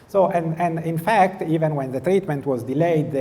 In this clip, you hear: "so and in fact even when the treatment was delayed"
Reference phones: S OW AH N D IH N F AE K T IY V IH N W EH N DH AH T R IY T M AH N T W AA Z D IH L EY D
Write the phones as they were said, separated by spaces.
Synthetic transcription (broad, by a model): S OW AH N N IH N F AE K T IY V IH N W EH N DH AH T R IY T M AH N T W AA Z D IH L EY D